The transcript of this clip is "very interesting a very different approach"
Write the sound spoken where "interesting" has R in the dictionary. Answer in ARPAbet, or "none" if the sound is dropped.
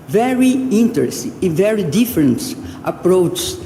none